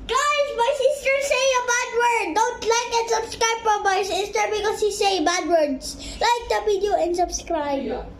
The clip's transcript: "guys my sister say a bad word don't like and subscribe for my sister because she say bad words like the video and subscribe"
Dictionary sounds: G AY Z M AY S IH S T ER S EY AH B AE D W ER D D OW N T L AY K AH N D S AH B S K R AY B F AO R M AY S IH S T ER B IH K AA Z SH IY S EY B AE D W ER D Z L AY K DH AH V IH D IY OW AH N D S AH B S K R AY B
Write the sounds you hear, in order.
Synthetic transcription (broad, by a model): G AY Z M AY S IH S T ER S EY AH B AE D W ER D D OW N T L AY K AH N S AH B S K R AY B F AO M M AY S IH S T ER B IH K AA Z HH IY S EY B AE D W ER D S L AY K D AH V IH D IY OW AH N D S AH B S K R AY B